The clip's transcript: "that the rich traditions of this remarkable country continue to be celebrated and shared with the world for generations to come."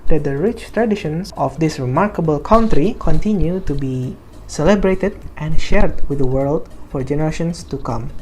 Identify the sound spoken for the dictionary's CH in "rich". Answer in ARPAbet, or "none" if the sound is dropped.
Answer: CH